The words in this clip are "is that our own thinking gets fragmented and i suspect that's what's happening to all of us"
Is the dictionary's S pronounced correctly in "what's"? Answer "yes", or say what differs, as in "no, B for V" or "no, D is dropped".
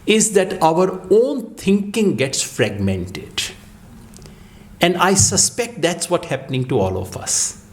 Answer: no, S is dropped